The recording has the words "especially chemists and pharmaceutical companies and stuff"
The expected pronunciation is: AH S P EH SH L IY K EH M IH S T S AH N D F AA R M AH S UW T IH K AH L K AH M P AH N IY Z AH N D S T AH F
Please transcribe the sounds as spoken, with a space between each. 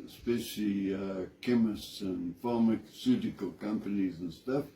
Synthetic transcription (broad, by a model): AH S P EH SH L IY K EH M IH S T S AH N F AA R M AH S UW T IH K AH L K AH M P AH N IY Z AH N S T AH F